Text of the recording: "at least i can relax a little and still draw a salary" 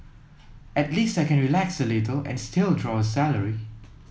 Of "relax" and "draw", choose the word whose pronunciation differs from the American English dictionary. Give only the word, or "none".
none